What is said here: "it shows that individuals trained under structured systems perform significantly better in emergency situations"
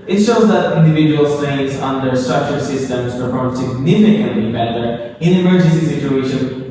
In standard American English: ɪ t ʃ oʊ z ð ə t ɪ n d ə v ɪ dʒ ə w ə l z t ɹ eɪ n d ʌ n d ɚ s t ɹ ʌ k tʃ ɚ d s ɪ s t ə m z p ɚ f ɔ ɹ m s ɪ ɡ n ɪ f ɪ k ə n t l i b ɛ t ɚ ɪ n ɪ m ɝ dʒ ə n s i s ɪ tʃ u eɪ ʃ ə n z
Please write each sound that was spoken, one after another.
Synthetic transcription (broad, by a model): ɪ t ʃ oʊ z ð ə t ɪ n d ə v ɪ dʒ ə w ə l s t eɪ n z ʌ n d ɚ s t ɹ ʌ k tʃ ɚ s ɪ s t ə m z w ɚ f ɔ s ɪ ɡ n ɪ f ɪ k ə n t l i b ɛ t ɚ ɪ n ɪ m ɝ dʒ ə n s i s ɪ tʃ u eɪ ʃ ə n